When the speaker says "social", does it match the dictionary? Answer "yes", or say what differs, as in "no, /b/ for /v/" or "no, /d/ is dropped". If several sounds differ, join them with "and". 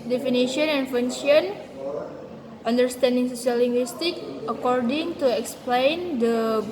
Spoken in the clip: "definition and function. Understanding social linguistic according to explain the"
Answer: no, /s/ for /ʃ/